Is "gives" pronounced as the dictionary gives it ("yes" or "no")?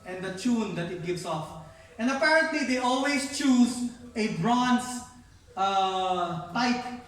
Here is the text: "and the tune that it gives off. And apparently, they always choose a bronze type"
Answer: no